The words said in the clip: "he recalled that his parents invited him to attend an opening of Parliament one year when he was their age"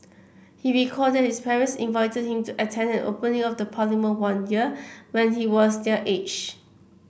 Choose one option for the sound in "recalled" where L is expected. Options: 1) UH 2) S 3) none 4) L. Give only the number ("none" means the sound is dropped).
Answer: 3